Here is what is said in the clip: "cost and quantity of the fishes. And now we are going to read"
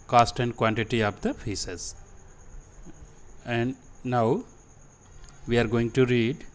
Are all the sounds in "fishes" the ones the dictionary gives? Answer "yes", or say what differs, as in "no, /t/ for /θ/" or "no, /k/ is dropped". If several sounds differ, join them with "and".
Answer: no, /s/ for /ʃ/